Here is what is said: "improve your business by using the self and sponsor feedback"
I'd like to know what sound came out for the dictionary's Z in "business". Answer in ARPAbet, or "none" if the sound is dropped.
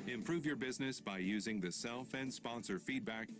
Z